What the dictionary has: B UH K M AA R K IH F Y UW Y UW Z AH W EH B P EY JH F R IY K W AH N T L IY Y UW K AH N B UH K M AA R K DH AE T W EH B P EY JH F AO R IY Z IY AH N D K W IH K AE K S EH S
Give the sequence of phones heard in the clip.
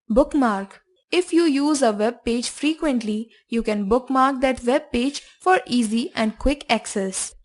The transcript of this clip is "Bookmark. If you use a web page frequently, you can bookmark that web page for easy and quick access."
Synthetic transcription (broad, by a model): B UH K M AA R K IH F Y UW Y UW Z AH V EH B P EY JH F R IY K W AH N T L IY Y UW K AH N B UH K M AA R K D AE T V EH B P EY JH F AO R IY Z IY AH N D K W IH K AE K S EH S